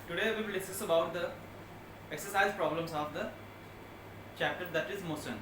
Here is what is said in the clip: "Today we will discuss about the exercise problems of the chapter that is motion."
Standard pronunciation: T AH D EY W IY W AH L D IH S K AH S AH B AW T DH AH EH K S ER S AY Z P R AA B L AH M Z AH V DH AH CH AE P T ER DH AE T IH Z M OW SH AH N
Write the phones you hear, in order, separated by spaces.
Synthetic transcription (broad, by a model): T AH D EY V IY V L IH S AH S AH B AW T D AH EH K S ER S AY Z P R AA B L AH M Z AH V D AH CH AE P T ER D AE T IH Z M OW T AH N